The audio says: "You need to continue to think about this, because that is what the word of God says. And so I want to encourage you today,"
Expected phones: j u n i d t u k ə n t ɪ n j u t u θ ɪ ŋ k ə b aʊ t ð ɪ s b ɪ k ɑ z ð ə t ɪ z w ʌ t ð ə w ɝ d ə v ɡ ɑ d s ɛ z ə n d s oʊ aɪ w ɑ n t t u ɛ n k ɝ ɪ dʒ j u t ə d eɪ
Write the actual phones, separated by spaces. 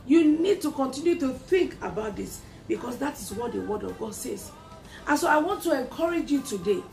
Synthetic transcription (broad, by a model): j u n i d t u k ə n t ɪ n j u t u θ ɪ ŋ k ə b aʊ t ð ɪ s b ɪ k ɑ s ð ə t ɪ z w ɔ t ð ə w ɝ d ə v ɡ ɑ d s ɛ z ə n s oʊ aɪ w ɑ n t t u ɛ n k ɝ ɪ dʒ j u t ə d eɪ